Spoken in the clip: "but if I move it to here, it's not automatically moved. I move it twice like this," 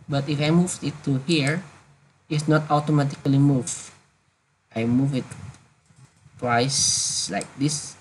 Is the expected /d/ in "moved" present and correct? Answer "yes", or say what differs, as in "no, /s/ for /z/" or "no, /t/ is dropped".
no, /d/ is dropped